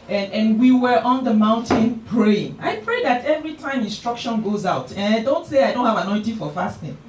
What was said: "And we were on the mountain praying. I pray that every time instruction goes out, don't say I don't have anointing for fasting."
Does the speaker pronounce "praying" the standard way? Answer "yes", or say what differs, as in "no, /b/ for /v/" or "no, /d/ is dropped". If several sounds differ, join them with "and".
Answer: yes